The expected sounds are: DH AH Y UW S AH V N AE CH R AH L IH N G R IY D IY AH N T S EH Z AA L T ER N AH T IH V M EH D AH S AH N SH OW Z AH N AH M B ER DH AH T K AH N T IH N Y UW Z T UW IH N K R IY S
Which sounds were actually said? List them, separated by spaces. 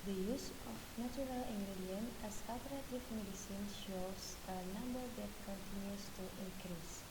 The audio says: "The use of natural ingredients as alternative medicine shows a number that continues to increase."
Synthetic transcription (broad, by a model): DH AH Y UW S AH F N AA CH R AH L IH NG G R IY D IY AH N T EH S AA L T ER AH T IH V M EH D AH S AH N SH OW S AH N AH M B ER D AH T K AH N T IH N Y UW S T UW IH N K R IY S